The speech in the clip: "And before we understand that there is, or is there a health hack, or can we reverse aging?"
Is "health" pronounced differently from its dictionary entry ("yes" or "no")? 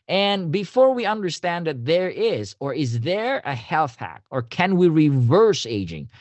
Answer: no